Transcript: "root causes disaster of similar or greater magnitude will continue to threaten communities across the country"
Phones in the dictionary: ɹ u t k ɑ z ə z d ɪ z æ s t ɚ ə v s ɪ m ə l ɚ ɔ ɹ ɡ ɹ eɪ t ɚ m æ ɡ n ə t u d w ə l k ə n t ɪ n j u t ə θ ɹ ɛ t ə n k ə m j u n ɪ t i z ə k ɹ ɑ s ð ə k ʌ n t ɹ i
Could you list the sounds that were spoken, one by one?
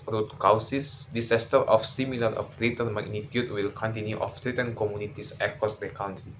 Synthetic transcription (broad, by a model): ɹ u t k ɑ s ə s d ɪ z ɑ s t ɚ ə f s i m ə l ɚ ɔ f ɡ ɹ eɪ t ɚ m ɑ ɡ n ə t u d w ə l k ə n t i n j u t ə t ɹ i t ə n k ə m j u n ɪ t i s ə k ɑ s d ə k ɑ n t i